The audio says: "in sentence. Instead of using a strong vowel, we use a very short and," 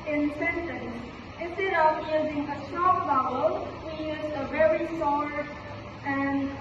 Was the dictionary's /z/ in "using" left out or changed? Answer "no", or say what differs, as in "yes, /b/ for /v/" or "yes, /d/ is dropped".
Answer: no